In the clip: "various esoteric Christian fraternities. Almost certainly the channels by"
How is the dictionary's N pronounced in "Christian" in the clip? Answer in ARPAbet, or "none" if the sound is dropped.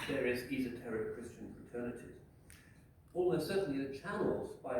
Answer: N